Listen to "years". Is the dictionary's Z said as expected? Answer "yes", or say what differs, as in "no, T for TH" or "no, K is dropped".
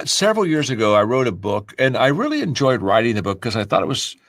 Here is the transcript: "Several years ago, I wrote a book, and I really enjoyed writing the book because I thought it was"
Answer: yes